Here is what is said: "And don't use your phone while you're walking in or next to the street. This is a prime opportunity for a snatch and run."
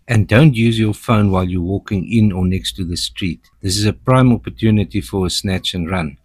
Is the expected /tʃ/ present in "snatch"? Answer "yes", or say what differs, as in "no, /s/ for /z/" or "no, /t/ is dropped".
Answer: yes